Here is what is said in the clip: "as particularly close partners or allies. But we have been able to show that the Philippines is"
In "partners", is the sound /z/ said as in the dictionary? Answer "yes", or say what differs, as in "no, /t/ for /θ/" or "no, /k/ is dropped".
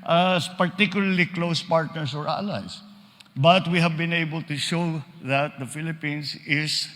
no, /s/ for /z/